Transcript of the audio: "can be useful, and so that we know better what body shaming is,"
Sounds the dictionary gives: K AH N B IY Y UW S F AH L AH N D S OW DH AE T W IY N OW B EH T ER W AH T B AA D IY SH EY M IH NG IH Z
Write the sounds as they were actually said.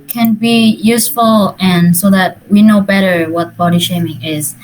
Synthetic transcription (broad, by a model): K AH N B IY Y UW S F AH L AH N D S OW DH AE T W IY N OW B EH T ER W AH T B AA D IY SH EY M IH NG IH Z